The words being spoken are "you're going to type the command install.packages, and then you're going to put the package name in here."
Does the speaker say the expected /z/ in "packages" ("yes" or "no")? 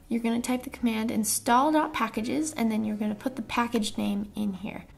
yes